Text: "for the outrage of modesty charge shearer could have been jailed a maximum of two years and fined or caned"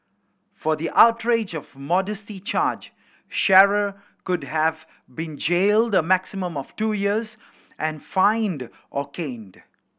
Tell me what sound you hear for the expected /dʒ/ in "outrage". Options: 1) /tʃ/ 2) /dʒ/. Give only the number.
2